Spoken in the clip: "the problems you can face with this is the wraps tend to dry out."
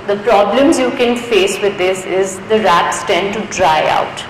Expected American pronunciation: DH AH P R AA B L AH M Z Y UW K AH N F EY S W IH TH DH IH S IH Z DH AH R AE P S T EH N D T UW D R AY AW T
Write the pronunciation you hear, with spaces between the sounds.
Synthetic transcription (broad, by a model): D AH P R AA B L AH M Z Y UW K AH N F EY S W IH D IH S IH Z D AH R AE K S T EH N D T UW D R AY AW T